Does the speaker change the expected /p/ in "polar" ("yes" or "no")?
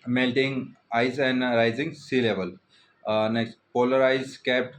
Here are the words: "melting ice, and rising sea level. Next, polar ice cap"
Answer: no